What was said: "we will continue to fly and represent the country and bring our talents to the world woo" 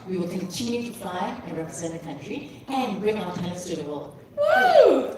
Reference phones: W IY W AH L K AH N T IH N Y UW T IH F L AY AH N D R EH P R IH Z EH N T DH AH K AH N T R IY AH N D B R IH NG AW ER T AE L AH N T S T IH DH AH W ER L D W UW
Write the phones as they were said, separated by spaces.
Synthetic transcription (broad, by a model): W IY W AH L K AH N T IH N Y UW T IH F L AY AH N R EH P R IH Z EH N DH AH K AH N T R IY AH N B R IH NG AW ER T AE AH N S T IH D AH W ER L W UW